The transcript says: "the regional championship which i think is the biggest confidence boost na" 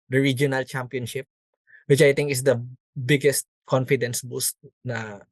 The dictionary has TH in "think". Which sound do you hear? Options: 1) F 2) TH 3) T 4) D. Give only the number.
3